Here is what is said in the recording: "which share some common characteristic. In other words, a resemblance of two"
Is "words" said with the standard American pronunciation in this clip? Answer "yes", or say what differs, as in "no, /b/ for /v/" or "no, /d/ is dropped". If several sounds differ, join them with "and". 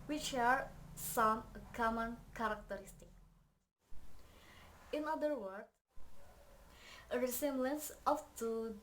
no, /z/ is dropped